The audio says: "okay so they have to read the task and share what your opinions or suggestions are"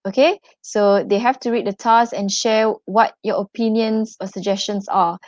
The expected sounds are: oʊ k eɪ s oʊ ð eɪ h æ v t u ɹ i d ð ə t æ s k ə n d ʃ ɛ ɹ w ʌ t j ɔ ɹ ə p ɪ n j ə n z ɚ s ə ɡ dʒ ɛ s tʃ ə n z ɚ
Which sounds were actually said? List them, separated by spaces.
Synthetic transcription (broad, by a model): oʊ k eɪ s oʊ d eɪ h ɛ f t u ɹ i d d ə t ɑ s ə n ʃ ɛ w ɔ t j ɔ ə p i n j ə n s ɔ s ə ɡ dʒ ɛ s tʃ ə n s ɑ